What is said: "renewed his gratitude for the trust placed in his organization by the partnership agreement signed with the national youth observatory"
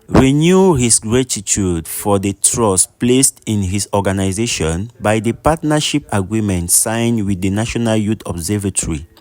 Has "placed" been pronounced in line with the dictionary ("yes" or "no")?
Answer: yes